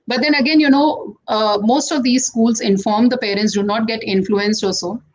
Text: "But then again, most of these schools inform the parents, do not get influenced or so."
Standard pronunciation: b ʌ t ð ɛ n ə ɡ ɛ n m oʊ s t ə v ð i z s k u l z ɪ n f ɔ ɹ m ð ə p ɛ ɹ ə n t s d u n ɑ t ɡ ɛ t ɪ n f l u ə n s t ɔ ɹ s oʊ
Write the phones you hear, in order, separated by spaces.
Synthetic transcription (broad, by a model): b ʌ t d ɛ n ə ɡ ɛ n m oʊ s t ə v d i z s k u l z ɪ n f ɔ ɹ m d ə p ɛ ɹ ə n t s d u n ɑ t ɡ ɛ t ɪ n f l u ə n s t ɔ l s oʊ